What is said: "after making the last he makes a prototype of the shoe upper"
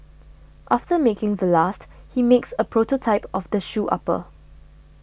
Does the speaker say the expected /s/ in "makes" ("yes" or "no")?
yes